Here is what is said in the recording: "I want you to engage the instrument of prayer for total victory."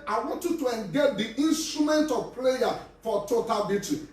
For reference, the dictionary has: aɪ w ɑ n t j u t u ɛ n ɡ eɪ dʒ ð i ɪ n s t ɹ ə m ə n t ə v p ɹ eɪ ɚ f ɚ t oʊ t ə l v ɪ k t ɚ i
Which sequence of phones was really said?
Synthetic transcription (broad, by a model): aɪ w ɑ n t j u t u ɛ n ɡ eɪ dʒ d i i n s t ɹ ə m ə n t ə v p l eɪ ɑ f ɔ t oʊ t ə l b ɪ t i